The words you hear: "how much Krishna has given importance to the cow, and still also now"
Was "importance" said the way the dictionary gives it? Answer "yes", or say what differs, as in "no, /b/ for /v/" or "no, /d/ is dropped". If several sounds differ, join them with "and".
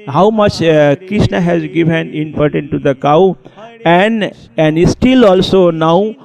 no, /s/ is dropped